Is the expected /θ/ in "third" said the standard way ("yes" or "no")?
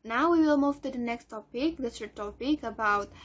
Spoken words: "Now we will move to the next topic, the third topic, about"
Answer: no